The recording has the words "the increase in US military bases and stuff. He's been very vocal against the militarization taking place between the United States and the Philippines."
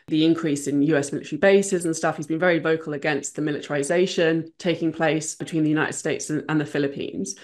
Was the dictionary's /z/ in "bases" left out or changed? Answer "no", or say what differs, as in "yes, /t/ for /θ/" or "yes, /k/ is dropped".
no